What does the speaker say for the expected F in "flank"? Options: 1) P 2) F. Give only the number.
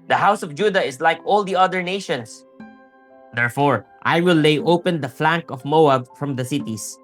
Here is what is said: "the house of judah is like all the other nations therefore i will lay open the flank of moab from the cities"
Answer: 2